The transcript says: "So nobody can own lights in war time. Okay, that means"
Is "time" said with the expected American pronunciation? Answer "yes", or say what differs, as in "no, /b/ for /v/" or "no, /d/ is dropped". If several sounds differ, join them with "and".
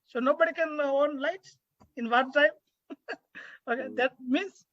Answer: yes